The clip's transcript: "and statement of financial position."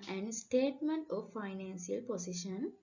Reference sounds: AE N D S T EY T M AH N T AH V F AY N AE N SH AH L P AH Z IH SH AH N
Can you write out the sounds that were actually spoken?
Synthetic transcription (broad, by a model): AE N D S T EY T M AH N T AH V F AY N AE N S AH L P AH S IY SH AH N